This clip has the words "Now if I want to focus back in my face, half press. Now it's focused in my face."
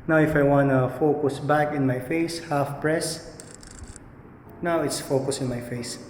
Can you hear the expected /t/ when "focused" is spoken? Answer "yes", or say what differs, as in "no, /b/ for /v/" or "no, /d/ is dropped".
no, /t/ is dropped